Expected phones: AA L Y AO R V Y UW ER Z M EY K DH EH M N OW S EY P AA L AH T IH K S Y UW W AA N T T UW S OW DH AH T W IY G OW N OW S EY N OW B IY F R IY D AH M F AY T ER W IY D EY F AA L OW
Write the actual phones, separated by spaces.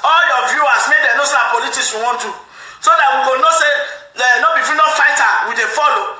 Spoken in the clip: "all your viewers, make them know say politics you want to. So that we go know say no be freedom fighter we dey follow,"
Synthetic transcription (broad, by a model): AA L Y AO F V Y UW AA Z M EY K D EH N OW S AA P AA L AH T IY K S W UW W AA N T T UW S OW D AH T W IY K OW N OW S EY N OW B IY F IY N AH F AY T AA W IY D EY F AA L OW